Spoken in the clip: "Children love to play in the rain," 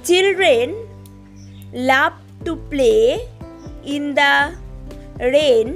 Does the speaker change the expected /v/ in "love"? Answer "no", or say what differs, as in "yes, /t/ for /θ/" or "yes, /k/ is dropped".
yes, /p/ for /v/